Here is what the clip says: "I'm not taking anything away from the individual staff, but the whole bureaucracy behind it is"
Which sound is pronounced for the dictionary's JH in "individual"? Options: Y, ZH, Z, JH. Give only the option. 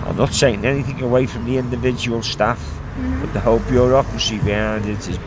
JH